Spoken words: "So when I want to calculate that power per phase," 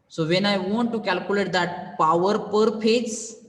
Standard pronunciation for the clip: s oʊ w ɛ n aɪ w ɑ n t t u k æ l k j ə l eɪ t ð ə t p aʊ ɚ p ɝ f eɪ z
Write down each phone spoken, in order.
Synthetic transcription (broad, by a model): s oʊ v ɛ n aɪ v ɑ n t t u k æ l k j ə l eɪ t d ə t p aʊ ɚ p ɝ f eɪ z